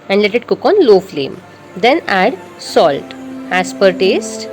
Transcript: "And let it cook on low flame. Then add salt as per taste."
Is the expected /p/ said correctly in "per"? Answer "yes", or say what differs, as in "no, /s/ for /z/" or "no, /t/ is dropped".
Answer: yes